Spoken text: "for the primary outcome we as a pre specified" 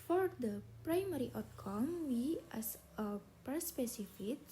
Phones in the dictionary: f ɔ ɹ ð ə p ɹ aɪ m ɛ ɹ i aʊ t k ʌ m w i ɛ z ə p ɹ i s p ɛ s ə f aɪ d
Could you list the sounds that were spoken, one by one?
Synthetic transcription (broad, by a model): f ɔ ɹ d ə p ɹ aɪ m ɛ ɹ i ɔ t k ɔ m w i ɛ s ə p ʌ s p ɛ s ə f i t